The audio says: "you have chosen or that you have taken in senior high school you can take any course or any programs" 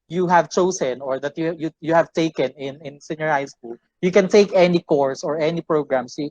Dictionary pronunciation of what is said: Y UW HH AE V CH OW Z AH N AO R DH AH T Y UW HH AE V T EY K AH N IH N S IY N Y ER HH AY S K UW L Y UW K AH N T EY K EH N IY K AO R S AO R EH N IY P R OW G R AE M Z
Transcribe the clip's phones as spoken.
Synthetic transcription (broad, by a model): Y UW HH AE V CH OW S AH N AO R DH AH T Y UW HH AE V T EY K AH N IH N S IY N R HH AY S K UW L Y UW K AH N T EY K EH N IY K AO R S AO R EH N IY P R OW G R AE M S